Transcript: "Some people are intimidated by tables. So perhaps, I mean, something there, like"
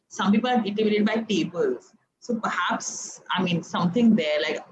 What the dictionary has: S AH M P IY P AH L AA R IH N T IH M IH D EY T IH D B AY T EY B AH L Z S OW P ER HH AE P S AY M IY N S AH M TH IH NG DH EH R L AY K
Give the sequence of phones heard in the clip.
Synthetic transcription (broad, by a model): S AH M P IY P AH L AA R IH T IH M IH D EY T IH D B AY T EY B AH L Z S OW P ER HH AE P S AY M IY N S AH M T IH NG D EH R L AY K